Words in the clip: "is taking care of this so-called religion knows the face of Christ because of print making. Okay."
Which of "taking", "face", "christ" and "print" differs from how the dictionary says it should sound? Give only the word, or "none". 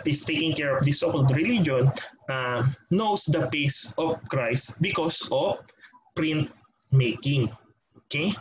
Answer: face